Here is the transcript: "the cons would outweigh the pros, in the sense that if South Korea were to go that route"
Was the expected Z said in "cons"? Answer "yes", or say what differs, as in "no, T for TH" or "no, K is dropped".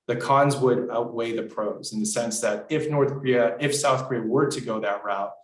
yes